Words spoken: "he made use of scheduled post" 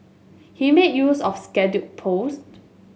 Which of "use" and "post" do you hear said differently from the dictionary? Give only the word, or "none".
none